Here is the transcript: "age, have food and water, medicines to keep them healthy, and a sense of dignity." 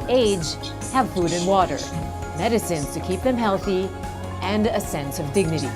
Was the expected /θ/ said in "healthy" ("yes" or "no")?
yes